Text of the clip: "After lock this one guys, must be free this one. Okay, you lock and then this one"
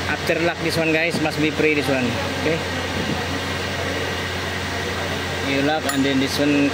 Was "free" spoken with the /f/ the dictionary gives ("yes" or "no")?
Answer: no